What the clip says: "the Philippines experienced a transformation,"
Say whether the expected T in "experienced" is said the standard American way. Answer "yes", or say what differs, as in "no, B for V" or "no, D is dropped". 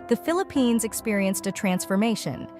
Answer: yes